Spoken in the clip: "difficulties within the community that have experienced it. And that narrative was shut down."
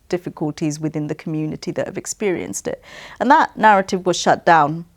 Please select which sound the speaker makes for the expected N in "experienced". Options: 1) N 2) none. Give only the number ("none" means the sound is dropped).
1